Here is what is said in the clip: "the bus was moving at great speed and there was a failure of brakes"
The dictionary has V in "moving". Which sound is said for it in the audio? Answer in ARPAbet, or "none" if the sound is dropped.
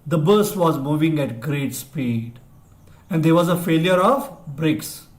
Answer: V